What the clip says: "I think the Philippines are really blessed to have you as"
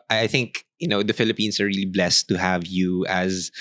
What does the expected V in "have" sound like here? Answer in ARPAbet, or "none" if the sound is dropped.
V